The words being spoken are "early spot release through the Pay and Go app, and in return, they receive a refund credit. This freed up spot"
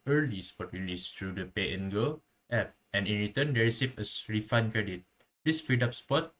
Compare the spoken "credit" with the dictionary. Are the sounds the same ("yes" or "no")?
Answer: yes